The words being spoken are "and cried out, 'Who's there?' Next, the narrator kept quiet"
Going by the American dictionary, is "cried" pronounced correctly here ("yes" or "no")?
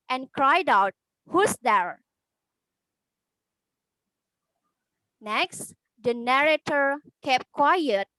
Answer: yes